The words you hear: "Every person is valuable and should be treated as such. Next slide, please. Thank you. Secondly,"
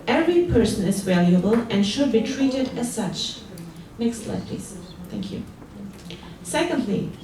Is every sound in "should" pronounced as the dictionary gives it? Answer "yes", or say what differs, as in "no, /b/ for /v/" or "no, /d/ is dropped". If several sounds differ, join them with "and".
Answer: yes